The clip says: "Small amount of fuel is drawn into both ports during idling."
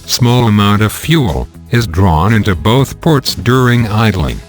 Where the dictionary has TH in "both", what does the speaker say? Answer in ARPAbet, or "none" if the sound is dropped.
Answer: TH